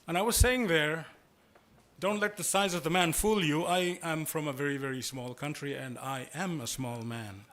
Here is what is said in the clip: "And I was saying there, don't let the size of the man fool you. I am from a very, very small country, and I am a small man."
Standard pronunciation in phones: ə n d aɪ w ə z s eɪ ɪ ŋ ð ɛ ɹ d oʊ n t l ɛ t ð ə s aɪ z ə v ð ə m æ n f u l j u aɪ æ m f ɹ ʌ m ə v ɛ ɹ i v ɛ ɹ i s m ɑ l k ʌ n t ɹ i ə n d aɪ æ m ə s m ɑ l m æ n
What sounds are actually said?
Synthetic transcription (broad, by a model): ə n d aɪ w ə z s eɪ ɪ ŋ ð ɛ ɹ d oʊ n t l ɛ t ð ə s aɪ z ə v ð ə m æ n f u l j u aɪ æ m f ɹ ʌ m ə v ɛ ɹ i v ɛ ɹ i s m ɑ l k ʌ n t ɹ i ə n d aɪ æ m ə s m ɑ l m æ n